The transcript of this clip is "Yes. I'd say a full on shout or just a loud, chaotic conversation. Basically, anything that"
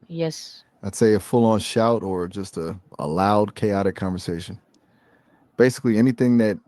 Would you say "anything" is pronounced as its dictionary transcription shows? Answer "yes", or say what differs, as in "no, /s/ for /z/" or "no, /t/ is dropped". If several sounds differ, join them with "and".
yes